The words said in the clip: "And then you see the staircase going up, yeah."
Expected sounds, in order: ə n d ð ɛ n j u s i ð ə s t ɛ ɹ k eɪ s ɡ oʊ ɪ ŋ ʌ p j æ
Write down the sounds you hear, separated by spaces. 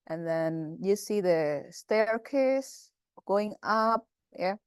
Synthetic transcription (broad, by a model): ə n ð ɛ n j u s i ð ə s t ɛ ɹ k eɪ s ɡ oʊ ɪ ŋ ʌ p j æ